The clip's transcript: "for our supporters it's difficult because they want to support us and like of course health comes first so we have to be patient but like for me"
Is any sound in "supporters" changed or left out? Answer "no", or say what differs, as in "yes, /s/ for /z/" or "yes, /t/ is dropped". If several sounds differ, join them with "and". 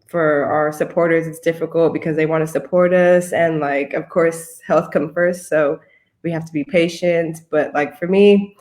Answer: no